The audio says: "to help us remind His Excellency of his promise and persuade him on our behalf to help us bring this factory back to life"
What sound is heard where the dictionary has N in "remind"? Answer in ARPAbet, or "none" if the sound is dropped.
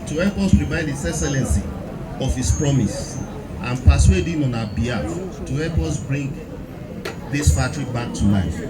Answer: none